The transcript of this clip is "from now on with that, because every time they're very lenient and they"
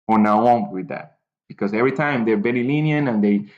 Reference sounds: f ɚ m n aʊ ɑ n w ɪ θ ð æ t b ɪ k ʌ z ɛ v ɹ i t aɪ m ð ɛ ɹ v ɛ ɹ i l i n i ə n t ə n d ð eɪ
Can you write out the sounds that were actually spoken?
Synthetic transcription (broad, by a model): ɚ n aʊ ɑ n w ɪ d ð æ t b ɪ k ʌ z ɛ v ɹ i t aɪ m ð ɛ ɹ b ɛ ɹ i l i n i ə n ə n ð eɪ